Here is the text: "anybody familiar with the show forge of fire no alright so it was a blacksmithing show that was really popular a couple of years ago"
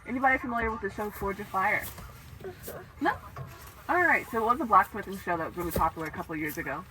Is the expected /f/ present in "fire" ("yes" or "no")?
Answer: yes